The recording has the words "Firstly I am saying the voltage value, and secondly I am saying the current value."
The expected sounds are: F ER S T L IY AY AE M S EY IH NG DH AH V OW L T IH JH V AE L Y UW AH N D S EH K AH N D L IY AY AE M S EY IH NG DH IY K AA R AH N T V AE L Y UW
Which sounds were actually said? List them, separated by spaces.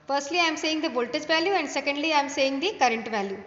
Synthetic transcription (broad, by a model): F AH S T L IY AY M S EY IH NG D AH B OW L T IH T V AE L Y UW AH N D S EH K AH N D L IY AY M S EY IH NG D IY K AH R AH N T V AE L Y UW